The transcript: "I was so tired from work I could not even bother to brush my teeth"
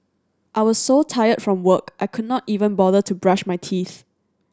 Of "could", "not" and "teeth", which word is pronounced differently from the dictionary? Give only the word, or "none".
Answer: none